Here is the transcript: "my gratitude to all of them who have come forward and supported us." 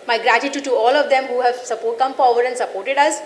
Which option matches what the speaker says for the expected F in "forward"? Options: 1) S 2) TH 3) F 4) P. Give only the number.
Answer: 4